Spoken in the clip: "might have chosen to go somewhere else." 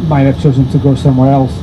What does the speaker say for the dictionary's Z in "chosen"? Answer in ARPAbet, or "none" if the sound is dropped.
Z